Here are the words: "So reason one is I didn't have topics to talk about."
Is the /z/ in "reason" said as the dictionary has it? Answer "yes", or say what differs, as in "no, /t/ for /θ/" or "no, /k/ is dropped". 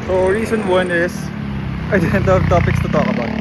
no, /s/ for /z/